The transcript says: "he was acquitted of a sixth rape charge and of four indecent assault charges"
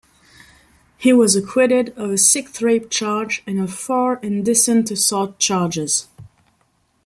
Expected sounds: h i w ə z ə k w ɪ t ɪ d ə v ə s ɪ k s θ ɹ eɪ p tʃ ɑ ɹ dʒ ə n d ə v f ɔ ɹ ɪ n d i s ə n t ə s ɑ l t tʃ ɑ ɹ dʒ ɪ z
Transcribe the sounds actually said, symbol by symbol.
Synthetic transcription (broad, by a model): h i w ə z ə k w ɪ t ɪ d ə v ə s ɪ k θ ɹ eɪ p tʃ ɑ ɹ dʒ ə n ə v f ɔ ɹ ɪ n d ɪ s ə n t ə s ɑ t tʃ ɑ ɹ dʒ ɪ z